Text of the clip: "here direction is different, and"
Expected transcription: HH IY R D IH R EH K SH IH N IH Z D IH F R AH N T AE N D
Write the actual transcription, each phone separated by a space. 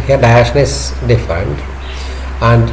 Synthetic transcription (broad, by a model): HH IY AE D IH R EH SH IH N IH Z D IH F R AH N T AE N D